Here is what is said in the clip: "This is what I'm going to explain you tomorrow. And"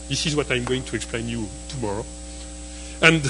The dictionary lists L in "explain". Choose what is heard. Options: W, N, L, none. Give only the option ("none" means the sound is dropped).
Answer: L